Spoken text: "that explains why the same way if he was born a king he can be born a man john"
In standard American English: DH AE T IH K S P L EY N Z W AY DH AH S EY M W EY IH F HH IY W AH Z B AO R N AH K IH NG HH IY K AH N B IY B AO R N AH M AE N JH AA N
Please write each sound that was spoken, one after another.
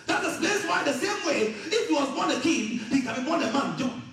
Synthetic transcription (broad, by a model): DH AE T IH S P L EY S W AY DH AH S EY M W EY IH F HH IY W AH Z B AO R N AH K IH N HH IY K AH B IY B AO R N AH M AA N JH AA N